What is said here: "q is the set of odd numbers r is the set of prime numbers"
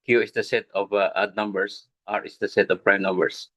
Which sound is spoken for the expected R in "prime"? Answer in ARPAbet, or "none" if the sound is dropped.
R